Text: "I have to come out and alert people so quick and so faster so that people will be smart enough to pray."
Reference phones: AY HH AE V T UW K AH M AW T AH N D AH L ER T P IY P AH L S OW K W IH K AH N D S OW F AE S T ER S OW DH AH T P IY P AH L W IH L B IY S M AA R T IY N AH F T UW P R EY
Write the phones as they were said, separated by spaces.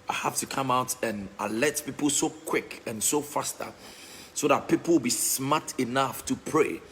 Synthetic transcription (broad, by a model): AY HH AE F T UW K AH M AW T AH N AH L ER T P IY P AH L S OW K W IH K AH N S OW F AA S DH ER S OW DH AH T P IY P AH L W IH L B IY S M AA T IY N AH F T UW P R EY